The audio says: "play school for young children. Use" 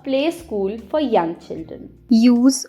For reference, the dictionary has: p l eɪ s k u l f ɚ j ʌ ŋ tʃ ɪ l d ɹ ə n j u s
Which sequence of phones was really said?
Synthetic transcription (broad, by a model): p l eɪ s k u l f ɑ j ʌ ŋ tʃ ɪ l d ə n j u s